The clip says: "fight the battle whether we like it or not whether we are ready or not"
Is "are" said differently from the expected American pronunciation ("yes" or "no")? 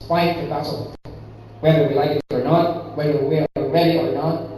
yes